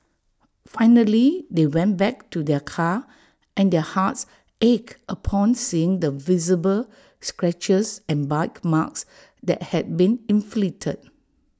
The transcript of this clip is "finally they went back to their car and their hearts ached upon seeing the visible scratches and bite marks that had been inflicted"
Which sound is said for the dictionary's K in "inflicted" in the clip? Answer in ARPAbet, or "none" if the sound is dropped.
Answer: none